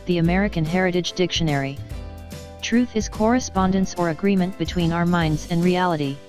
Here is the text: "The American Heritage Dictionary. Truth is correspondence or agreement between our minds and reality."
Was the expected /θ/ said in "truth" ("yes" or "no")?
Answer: yes